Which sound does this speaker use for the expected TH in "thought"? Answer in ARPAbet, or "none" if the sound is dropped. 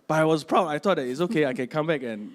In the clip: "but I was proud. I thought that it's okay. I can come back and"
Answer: T